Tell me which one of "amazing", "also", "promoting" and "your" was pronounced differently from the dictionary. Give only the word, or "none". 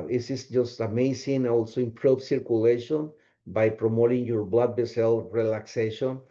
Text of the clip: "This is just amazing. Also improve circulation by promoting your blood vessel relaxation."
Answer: amazing